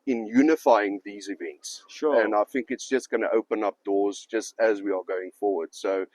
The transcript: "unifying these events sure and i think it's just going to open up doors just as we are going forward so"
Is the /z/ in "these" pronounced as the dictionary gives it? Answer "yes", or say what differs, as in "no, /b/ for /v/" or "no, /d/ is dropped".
yes